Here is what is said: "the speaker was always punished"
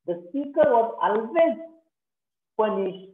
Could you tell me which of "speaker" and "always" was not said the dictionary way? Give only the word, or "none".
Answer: always